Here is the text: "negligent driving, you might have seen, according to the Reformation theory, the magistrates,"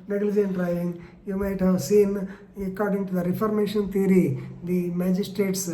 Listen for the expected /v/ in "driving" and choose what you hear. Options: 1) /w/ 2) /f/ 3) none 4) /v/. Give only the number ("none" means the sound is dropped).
3